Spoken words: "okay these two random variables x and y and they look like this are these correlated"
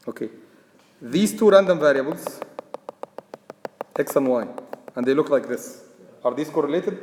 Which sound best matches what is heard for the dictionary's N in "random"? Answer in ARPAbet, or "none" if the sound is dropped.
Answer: N